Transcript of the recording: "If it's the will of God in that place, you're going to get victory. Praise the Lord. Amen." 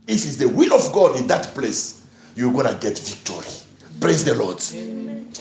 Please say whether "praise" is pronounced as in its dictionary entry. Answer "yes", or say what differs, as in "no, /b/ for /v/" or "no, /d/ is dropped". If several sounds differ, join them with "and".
no, /l/ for /ɹ/